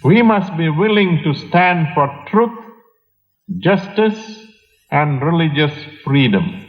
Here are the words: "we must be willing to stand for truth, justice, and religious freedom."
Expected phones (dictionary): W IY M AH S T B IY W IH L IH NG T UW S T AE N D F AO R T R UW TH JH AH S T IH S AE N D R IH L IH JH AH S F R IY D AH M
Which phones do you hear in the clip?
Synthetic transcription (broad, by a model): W IY M AH S T B IY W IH L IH NG T UW S T AE N D F AO R T R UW T JH AH S T IH S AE N D R IH L IH JH AH S F R IY D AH M